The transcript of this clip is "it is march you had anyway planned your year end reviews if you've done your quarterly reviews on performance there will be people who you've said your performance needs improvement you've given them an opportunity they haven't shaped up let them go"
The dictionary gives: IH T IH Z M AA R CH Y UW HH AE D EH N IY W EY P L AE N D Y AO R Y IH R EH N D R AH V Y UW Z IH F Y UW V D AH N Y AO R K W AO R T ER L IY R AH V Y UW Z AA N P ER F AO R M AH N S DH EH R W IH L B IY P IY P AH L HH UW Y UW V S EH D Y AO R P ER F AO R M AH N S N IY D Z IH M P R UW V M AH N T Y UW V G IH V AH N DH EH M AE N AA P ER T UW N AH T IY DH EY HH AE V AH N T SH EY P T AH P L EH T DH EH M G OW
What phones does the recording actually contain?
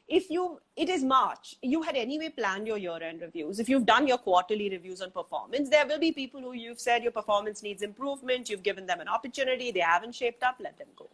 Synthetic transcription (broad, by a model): IH T IH Z M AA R CH Y UW HH AE D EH N IY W EY P L AE N D Y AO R Y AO R EH N D R AH V Y UW Z IH F Y UW V D AH N Y AO R K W AO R T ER L IY R AH V Y UW Z AA N P ER F AO R M AH N S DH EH R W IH L B IY P IY P AH L HH UW Y UW V S EH D Y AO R P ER F AO R M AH N S N IY D Z IH M P R UW V M AH N T Y UW V G IH V AH N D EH M AE N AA P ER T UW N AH T IY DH EY HH AE V AH N T SH EY P T AH P L EH T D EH M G OW